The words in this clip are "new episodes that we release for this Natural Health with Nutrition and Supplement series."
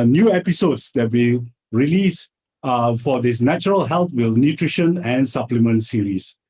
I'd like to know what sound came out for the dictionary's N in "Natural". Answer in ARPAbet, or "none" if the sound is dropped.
N